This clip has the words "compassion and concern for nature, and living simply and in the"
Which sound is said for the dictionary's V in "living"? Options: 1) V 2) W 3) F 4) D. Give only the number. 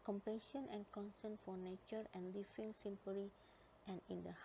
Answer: 3